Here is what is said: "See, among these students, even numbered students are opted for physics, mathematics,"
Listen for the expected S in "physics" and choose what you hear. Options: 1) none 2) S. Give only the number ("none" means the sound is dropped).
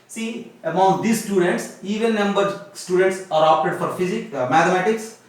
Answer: 1